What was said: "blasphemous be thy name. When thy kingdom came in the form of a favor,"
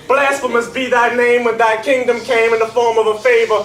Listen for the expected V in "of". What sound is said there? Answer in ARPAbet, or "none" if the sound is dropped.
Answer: V